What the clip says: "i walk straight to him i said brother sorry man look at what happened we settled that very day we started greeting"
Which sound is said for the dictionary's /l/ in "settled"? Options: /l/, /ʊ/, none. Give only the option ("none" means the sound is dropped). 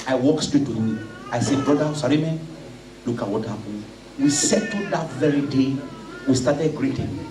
none